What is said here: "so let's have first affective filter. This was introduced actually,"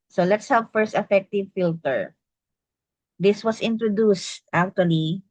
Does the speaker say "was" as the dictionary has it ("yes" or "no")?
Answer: no